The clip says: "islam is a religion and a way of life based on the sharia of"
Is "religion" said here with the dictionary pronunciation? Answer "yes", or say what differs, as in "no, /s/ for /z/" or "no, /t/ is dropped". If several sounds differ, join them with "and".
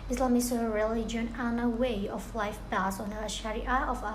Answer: yes